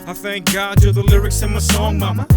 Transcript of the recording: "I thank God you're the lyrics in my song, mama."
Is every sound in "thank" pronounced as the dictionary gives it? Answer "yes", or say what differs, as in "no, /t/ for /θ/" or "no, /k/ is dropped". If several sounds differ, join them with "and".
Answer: yes